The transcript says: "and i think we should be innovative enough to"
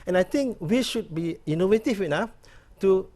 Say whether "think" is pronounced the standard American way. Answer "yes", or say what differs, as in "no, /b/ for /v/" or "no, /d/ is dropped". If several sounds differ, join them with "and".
no, /t/ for /θ/